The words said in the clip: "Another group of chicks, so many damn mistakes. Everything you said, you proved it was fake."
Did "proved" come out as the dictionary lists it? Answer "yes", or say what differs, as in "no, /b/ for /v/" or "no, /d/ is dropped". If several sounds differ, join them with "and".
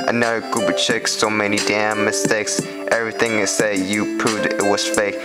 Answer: no, /ɹ/ is dropped and /v/ is dropped